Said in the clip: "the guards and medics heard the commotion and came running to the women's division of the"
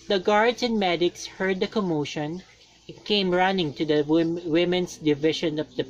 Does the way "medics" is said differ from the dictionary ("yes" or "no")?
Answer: no